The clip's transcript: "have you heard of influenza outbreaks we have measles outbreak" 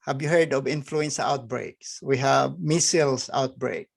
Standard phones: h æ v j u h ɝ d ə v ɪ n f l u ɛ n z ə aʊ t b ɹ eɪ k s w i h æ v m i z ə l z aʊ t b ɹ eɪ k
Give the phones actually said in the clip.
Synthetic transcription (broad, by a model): h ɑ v j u h ɝ d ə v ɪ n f l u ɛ n s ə aʊ t b ɹ eɪ k s w i h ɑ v m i s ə l s aʊ t b ɹ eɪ k